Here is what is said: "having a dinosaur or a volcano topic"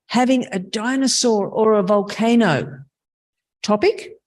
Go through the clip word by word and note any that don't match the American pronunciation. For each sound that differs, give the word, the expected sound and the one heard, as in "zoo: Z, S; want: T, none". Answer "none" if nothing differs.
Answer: none